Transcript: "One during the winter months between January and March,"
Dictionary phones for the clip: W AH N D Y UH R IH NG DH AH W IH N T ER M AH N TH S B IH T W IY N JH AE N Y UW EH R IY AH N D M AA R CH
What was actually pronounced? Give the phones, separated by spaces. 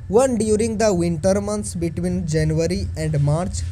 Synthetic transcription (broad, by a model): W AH N D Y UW R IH NG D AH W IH N T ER M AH N T S B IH T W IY N JH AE N Y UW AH R IY AH N D M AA R CH